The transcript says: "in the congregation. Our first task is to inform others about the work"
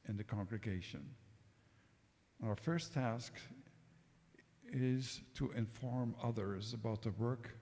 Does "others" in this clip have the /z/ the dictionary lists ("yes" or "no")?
yes